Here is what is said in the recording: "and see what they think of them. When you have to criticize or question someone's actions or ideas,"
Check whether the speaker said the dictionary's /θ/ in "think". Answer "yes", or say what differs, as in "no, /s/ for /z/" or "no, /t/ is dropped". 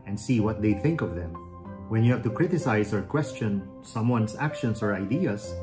yes